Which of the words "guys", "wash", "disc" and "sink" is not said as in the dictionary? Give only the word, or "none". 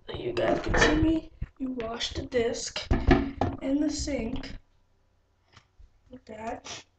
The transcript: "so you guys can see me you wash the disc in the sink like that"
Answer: guys